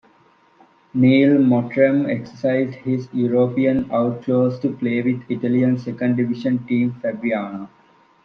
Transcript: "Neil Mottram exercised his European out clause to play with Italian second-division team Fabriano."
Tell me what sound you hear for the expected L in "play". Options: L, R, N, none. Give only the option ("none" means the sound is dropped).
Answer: L